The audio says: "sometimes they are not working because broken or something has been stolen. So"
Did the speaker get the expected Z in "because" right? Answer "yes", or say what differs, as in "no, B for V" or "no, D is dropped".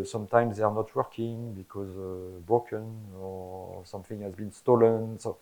yes